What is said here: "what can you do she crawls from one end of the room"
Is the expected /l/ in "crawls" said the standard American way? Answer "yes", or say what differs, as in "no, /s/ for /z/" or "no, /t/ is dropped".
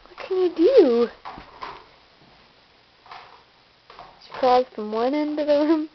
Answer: no, /l/ is dropped